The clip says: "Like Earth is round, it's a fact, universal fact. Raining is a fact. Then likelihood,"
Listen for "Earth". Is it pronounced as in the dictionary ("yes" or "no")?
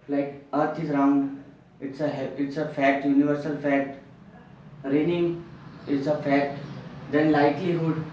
no